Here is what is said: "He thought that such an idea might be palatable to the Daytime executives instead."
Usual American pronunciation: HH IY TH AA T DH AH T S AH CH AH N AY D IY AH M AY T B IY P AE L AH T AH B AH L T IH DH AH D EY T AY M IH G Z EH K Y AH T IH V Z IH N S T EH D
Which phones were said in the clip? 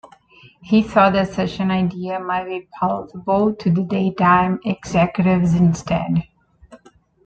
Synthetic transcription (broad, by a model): HH IY S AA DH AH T S AH CH AH N AY D IY AH M AY T B IY P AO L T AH B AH L T IH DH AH D EY T AY M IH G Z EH K Y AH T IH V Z IH N S T EH D